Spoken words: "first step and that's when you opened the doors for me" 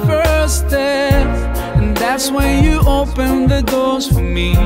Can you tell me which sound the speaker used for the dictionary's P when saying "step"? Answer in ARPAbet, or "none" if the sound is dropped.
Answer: none